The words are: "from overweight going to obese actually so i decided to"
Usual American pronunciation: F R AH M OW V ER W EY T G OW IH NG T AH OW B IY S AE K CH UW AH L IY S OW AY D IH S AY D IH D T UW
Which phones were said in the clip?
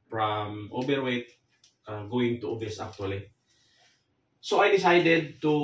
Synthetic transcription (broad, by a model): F R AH M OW B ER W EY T G OW IH NG T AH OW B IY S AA K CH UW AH L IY S OW AY D IH S AY D IH D T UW